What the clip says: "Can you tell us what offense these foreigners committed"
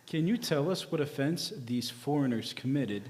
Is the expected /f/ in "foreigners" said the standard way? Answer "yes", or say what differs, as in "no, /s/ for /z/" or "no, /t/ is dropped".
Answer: yes